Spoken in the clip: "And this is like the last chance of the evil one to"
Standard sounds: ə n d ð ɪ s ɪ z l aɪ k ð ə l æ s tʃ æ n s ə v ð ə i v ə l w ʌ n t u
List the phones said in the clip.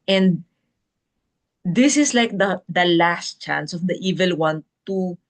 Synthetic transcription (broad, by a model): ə n d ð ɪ s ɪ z l aɪ k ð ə l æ s tʃ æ n s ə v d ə i v ə l w ʌ n t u